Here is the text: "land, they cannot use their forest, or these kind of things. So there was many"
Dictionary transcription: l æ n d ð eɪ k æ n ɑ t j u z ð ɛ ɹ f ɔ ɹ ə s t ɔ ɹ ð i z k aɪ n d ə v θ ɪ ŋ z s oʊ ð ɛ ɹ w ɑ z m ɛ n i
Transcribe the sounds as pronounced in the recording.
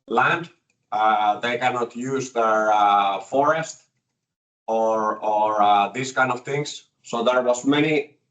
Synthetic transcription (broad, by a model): l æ n d ð eɪ k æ n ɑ t j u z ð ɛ ɹ f ɔ ɹ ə s t ɔ ɹ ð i s k aɪ n d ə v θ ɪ ŋ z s oʊ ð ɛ ɹ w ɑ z m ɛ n i